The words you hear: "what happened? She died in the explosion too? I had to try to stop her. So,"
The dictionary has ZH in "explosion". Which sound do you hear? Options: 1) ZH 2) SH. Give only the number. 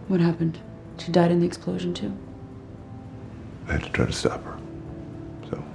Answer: 1